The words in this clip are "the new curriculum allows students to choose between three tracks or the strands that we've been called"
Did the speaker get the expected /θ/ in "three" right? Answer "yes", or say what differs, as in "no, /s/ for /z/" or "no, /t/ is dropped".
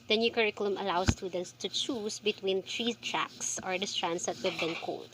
no, /t/ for /θ/